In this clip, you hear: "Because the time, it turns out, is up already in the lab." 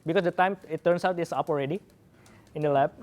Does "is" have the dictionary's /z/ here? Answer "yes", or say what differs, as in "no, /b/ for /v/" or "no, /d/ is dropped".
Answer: no, /s/ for /z/